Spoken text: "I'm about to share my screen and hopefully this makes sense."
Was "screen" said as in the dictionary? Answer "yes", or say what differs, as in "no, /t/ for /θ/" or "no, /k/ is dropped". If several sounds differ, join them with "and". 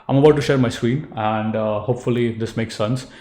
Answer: no, /w/ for /ɹ/